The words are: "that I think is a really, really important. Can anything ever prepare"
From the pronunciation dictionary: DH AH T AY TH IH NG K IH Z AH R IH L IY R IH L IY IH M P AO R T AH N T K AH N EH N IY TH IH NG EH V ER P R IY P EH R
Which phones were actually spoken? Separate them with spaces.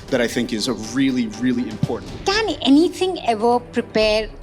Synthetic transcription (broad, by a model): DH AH T AY TH IH NG K IH Z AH R IH L IY R IH L IY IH M P AO R T N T K AH N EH N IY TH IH NG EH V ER P R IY P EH R